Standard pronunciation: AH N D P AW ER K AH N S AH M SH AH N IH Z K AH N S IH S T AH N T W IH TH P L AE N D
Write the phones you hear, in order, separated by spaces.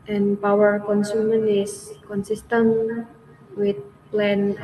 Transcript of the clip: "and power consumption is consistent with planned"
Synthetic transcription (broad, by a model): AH N P AW ER K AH N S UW M AH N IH S K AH N S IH S T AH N W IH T P L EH N